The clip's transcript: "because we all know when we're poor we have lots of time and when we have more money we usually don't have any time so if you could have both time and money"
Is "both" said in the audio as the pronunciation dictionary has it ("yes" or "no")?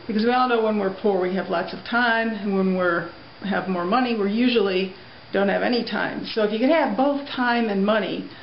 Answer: yes